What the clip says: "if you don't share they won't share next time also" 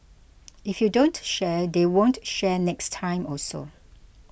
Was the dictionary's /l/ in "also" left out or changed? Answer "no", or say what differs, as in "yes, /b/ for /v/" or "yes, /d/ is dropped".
yes, /l/ is dropped